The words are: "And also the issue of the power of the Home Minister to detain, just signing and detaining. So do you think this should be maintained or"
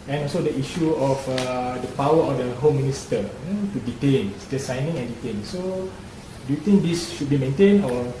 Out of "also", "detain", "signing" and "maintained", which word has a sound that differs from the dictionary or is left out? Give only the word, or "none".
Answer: maintained